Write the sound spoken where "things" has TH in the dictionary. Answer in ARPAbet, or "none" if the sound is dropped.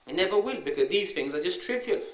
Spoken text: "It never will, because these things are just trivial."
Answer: TH